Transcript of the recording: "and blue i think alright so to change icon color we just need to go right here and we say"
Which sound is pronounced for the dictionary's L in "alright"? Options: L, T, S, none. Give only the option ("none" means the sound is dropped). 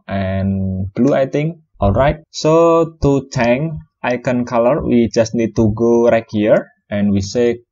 L